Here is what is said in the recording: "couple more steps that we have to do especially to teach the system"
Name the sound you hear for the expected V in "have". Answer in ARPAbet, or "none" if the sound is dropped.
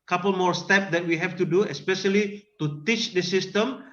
F